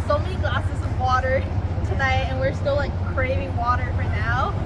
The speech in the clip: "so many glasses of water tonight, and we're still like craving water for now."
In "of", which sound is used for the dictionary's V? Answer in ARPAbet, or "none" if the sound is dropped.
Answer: V